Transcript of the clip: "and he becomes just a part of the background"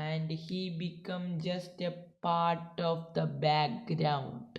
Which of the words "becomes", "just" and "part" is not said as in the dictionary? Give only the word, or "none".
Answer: becomes